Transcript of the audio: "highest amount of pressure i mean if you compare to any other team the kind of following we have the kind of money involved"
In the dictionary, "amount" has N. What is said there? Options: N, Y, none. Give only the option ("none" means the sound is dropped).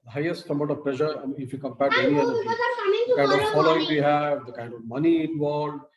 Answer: none